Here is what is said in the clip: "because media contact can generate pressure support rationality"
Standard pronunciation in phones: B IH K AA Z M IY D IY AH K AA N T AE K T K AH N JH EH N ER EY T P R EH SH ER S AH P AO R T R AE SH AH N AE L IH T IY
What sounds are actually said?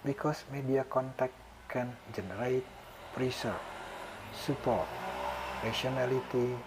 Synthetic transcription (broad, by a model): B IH K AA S M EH D IY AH K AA N T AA K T K AH N JH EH N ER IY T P R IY S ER S AH P AO R T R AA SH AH N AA L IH T IY